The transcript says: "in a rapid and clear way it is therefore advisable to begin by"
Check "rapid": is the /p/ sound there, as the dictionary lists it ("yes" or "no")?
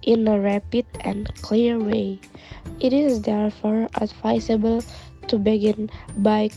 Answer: yes